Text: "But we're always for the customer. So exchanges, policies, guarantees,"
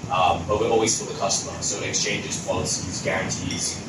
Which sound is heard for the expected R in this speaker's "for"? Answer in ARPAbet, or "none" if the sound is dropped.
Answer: L